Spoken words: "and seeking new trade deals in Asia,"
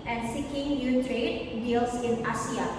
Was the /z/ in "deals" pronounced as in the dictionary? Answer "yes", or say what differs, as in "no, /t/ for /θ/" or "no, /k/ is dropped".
no, /s/ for /z/